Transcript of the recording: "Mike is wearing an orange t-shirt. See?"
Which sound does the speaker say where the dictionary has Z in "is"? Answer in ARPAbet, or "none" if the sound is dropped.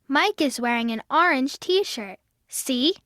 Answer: Z